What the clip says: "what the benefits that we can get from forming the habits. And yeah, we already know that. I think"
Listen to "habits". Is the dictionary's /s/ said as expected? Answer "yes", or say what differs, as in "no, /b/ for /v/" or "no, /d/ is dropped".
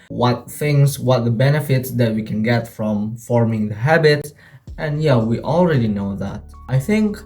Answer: no, /s/ is dropped